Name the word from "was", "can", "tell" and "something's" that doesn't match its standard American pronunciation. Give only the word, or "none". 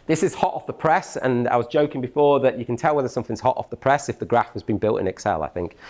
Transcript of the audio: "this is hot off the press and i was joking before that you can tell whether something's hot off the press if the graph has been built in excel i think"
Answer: none